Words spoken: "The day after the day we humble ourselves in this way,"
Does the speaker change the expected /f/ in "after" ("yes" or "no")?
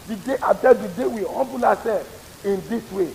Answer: yes